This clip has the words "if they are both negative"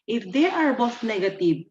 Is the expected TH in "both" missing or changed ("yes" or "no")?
yes